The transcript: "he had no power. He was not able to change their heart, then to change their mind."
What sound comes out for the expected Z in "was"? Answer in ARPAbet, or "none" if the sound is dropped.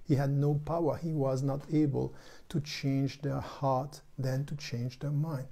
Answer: Z